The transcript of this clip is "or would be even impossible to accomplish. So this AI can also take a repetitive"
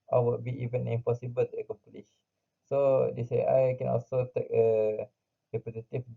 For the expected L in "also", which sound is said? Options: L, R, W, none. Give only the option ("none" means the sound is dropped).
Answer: L